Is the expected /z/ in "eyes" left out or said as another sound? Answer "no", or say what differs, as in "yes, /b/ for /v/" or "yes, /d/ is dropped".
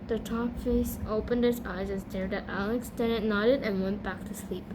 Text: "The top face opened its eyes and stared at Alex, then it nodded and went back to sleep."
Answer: no